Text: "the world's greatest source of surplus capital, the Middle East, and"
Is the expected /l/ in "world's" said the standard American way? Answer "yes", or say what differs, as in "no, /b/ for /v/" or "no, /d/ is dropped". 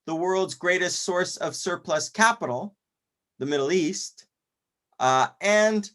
yes